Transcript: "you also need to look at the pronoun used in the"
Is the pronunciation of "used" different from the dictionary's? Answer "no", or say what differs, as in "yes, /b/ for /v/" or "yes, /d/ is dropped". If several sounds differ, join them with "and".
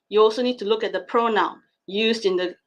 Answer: no